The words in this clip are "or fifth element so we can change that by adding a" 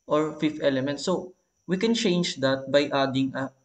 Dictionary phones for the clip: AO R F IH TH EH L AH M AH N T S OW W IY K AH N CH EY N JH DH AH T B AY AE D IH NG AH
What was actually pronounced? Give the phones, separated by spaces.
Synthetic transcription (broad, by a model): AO R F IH F EH L AH M AH N T S OW W IY K AH N CH EY N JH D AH T B AY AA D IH NG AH